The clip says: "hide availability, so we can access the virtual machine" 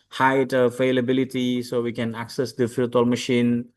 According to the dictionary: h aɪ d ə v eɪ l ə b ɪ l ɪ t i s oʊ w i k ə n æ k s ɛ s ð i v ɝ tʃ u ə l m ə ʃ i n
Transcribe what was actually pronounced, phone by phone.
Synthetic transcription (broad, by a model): h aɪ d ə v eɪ l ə b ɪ l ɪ t i s oʊ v i k ə n æ k s ɛ s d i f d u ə l m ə ʃ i n